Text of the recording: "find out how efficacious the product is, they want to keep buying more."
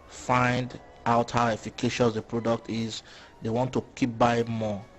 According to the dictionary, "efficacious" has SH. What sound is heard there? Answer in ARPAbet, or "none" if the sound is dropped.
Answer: SH